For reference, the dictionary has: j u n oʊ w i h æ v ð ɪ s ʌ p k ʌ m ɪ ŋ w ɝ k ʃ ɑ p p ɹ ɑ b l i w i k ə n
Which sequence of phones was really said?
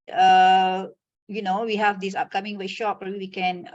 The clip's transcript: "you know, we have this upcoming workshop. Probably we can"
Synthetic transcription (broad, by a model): j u n oʊ w i h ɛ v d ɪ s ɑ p k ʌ m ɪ ŋ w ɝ ʃ ɑ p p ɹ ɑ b i w i k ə n